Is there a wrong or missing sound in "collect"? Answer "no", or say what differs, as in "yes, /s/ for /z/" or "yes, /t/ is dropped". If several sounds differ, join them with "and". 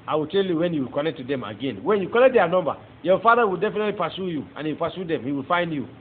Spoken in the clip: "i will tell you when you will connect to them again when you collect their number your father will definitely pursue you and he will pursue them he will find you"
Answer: yes, /n/ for /l/